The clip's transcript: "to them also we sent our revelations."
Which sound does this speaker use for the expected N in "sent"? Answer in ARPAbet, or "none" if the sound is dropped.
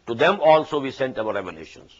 N